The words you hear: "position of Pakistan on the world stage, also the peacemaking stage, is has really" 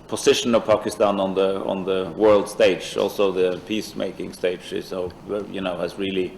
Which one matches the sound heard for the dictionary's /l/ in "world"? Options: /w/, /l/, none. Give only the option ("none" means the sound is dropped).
/l/